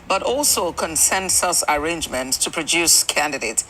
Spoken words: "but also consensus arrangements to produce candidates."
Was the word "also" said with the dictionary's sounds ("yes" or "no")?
yes